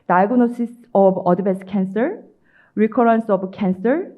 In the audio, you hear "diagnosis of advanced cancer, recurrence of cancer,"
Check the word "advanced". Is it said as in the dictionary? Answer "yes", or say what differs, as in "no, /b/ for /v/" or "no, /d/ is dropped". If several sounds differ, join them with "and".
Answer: no, /b/ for /v/ and /n/ is dropped